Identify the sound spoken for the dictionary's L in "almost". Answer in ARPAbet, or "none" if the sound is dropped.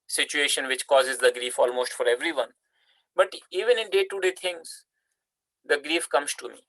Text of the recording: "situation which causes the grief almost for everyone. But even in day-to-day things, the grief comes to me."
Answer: L